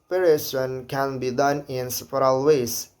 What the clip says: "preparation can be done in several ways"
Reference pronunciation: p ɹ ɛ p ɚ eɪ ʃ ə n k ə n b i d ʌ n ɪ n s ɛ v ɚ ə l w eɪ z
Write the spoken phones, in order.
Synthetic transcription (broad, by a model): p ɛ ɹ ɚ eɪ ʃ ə n k ə n b i d ʌ n ɪ n s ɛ p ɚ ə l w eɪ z